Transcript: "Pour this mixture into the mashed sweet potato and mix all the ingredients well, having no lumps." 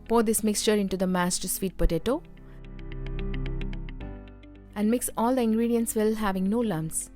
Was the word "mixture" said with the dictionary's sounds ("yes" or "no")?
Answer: yes